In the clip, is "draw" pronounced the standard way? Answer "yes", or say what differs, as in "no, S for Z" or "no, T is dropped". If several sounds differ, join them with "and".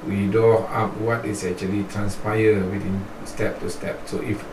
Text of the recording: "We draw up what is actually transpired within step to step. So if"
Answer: no, R is dropped